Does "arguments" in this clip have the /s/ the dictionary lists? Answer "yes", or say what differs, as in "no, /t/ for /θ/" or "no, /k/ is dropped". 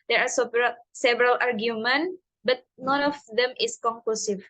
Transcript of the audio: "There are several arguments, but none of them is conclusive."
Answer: no, /s/ is dropped